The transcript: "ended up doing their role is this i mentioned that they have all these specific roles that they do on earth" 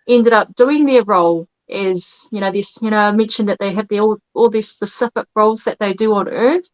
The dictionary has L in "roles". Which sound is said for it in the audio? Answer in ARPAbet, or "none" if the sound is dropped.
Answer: L